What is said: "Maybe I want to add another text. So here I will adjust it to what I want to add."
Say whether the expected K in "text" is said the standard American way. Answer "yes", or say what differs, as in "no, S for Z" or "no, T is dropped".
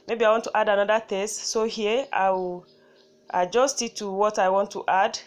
no, K is dropped